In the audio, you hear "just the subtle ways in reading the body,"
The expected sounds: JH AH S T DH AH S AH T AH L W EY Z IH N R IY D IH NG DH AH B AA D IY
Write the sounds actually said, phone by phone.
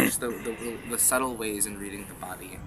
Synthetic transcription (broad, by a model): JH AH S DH DH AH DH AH S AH L W EY Z IH N R IY D IH NG DH AH B AA D IY